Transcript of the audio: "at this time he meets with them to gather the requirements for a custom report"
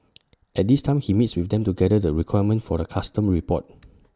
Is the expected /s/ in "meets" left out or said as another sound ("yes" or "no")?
no